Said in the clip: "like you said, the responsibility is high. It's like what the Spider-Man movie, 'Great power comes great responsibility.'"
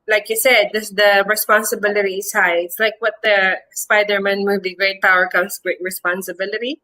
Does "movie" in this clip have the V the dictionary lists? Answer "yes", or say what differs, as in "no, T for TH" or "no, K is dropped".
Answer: no, B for V